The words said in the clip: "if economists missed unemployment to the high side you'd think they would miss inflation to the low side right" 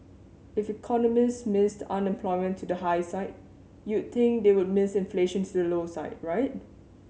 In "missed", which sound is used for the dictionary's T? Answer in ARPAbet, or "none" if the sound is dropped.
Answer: T